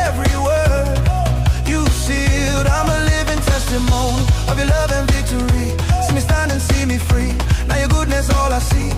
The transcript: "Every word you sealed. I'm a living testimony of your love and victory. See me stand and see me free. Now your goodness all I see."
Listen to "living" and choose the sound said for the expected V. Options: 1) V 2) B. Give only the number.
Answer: 1